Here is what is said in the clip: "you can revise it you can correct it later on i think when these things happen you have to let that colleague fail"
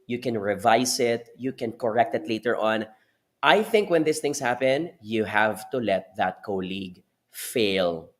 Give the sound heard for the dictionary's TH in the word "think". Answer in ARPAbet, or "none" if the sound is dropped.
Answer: TH